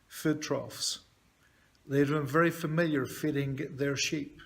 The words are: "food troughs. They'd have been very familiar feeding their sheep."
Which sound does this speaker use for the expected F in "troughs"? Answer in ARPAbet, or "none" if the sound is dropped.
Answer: F